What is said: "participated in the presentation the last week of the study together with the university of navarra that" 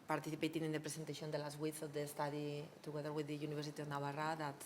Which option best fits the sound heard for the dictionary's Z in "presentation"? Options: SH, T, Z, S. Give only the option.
S